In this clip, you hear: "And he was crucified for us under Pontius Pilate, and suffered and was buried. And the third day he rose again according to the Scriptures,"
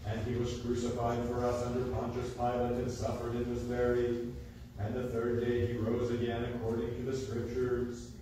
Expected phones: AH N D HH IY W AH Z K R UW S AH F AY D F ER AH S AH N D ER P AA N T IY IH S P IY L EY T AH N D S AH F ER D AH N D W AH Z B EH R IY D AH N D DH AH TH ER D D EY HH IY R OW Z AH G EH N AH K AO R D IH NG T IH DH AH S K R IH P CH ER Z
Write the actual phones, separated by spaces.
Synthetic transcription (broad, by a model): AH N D IY W AH Z K R UW S AH F AY D F ER AH S AH N D ER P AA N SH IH S P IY L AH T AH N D S AH F ER D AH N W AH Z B EH R IY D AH N DH AH TH ER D D EY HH IY R OW Z AH G EH N AH K AO R D IH NG T IH DH AH S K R IH P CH ER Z